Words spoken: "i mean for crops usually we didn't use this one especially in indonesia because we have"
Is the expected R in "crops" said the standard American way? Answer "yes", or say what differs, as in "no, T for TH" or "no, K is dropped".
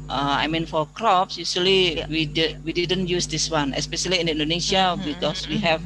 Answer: yes